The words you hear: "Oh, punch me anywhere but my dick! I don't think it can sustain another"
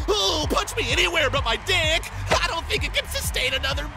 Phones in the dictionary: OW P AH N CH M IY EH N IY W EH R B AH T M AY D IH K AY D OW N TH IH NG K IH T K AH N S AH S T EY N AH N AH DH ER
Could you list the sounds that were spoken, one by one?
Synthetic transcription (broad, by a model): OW P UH CH M IY EH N IY W EH R B AH T M AY D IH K AY D OW N TH IH NG K IH T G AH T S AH S T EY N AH N AH DH ER